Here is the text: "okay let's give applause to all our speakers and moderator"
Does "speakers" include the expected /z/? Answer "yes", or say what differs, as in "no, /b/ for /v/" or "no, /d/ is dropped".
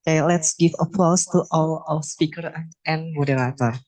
no, /z/ is dropped